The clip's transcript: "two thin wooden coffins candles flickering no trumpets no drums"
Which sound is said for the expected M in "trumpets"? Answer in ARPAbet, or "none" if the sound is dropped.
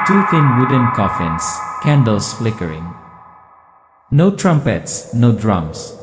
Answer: M